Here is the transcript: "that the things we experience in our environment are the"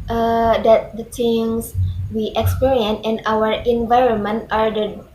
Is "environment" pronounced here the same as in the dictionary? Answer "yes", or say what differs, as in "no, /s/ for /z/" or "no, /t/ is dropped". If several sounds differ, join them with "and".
yes